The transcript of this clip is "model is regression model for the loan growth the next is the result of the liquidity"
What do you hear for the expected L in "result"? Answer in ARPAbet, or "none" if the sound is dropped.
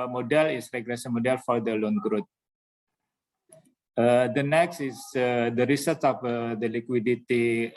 none